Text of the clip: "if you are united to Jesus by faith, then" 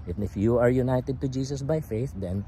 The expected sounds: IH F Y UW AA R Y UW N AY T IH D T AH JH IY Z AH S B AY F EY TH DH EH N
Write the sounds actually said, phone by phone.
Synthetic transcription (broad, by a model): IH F Y UW AA R Y UW N AY T IH D T AH JH IY S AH S B AY F EY TH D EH N